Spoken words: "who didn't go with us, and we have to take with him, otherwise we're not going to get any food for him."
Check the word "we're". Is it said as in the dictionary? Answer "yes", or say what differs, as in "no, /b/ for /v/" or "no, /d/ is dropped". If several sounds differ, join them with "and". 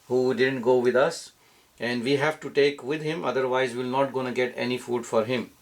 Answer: no, /l/ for /ɹ/